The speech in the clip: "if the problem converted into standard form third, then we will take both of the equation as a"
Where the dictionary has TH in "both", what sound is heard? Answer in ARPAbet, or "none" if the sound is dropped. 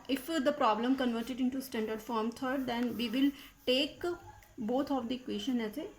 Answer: T